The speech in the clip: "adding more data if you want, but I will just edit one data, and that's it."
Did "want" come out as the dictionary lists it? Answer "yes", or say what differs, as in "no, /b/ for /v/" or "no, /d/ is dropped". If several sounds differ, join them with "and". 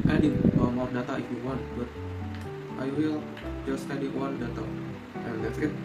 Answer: yes